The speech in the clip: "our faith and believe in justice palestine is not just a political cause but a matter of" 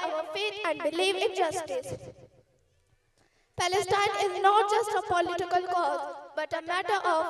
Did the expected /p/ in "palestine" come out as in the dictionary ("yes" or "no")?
yes